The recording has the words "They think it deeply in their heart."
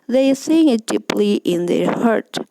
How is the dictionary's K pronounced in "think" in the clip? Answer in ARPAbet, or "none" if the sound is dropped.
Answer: none